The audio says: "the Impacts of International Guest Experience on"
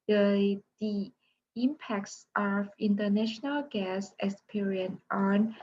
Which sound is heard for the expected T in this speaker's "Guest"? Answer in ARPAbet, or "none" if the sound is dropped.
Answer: none